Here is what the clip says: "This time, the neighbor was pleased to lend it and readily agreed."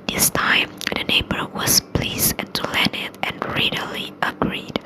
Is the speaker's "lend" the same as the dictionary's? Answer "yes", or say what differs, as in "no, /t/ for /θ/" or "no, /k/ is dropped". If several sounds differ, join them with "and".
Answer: no, /d/ is dropped